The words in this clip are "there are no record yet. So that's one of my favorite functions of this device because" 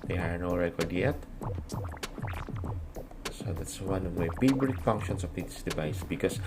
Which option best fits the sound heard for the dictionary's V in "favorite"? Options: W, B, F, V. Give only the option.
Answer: B